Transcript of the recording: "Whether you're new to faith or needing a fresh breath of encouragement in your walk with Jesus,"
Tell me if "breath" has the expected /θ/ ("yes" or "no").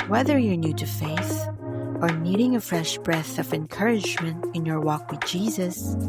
yes